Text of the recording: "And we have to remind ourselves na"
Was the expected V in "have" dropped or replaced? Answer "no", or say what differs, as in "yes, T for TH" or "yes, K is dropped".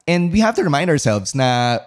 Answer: yes, F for V